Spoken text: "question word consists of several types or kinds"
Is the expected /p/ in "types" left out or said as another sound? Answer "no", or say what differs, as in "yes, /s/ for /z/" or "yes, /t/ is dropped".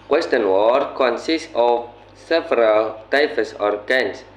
yes, /f/ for /p/